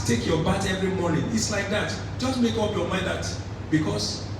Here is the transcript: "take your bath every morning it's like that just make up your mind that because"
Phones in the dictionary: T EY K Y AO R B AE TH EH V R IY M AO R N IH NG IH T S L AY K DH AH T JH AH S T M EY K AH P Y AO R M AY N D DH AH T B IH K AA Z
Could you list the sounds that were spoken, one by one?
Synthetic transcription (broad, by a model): T EY K Y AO B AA T EH V R IY M AO N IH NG IH T S L AY K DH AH T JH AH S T M EY K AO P Y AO M AY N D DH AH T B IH K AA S